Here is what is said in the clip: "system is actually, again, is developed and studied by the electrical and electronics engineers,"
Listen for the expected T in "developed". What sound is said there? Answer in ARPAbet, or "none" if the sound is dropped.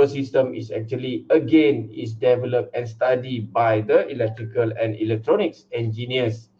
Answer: T